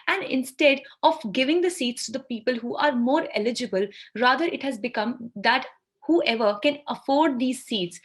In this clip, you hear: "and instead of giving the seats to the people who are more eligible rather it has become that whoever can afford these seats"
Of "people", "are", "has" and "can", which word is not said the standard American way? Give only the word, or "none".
none